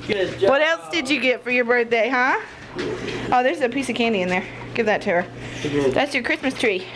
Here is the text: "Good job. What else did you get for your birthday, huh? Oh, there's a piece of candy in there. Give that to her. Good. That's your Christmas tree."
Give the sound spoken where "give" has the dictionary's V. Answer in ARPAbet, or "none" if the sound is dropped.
V